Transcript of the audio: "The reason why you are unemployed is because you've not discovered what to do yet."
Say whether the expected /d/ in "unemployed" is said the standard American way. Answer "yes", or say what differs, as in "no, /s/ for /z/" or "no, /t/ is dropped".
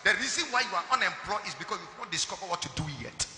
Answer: no, /d/ is dropped